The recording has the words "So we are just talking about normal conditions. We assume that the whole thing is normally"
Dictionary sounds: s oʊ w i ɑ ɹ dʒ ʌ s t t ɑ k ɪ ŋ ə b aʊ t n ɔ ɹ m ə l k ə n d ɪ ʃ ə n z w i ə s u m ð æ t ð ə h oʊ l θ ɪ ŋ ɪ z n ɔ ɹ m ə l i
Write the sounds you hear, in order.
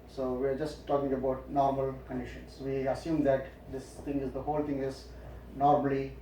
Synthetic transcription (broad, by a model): s oʊ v i ɑ ɹ dʒ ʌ s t t ɑ k ɪ ŋ ə b aʊ t n ɔ ɹ m ə l k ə n d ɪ ʃ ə n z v i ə s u m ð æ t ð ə h oʊ l t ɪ ŋ ɪ z n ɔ ɹ m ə l i